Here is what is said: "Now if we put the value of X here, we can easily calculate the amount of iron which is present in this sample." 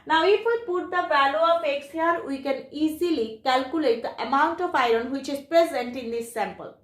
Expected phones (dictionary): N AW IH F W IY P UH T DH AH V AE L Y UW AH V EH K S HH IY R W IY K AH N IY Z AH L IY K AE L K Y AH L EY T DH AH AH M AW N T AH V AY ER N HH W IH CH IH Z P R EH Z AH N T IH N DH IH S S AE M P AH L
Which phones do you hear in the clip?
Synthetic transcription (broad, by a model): N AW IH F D P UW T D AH B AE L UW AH F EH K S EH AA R W IY K AH N IY Z AH L IY K AE L K Y AH L EY T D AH AH M AW N T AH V AY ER N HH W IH CH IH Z P R EH Z AH N T IH N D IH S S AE M P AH L